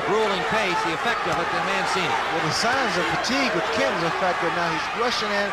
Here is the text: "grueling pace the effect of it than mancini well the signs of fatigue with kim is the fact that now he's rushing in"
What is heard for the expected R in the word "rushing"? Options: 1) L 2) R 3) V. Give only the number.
2